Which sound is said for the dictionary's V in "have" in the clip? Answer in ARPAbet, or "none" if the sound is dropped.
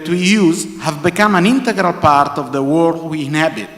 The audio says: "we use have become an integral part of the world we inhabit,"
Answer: V